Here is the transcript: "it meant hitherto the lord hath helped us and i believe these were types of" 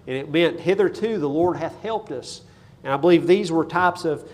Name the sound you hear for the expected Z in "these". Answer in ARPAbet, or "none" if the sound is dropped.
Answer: Z